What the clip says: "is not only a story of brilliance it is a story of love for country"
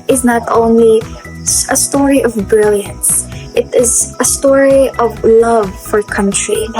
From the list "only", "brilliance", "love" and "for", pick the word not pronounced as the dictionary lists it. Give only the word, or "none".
none